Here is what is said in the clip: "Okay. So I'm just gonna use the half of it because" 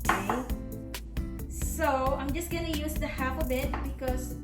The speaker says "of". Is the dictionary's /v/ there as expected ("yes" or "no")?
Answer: no